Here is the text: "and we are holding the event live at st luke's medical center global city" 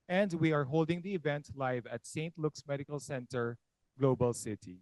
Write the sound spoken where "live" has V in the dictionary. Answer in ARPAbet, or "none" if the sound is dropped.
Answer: V